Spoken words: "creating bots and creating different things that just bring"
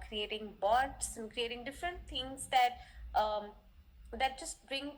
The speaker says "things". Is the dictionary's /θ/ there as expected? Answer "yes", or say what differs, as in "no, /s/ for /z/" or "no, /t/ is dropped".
no, /t/ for /θ/